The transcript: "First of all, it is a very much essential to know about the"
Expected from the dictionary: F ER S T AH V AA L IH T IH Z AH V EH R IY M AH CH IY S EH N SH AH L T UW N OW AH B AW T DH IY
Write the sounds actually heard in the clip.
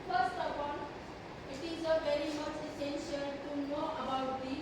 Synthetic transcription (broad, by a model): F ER S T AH P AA N IH T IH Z AH V EH R IY M AH CH IY S EH N SH AH L T UW N OW AH B AW T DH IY